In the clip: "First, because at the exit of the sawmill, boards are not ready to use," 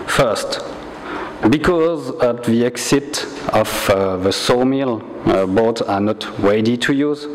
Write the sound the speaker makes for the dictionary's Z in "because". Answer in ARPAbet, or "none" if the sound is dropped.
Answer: Z